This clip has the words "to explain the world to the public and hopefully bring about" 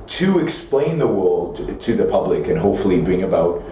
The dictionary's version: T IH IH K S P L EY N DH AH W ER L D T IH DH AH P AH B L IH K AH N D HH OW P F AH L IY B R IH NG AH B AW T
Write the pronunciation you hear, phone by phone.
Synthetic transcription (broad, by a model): T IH IH K S P L EY N DH AH W ER L D T IH DH AH P AH B L IH K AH N HH OW P F L IY B R IH NG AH B AW T